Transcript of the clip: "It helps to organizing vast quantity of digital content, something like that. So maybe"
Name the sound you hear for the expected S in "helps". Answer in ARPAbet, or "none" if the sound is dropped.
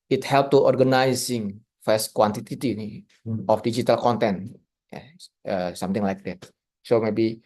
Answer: none